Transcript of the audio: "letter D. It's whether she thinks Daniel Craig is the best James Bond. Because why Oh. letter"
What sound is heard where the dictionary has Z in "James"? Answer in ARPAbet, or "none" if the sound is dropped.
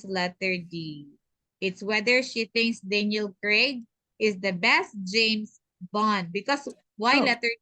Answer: S